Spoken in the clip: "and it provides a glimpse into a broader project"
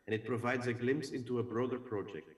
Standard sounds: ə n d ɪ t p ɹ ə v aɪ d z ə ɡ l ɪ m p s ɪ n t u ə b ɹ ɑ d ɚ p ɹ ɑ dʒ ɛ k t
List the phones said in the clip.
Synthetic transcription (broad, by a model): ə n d ɪ t p ɹ ə v aɪ d z ə ɡ l ɪ m p s ɪ n t u ə b ɹ ɑ d ɚ p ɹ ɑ dʒ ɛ k t